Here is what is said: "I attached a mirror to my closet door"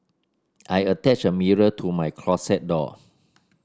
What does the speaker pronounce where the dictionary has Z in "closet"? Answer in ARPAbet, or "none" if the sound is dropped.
S